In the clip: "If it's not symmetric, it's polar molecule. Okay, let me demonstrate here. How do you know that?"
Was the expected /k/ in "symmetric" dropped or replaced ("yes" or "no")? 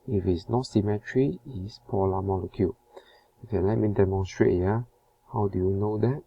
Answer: yes